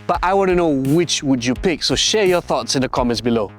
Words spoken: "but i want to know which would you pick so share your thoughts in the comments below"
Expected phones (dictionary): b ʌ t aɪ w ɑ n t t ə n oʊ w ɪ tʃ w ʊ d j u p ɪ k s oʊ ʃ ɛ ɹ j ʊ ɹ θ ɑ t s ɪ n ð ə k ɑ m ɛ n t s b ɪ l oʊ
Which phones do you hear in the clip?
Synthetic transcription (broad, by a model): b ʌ t aɪ w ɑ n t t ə n oʊ w ɪ tʃ w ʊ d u p ɪ k s oʊ ʃ ɛ ɹ j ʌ ɹ θ ɑ t s ɪ n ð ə k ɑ m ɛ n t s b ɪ l oʊ